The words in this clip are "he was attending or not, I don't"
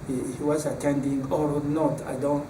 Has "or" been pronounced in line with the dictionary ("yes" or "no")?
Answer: yes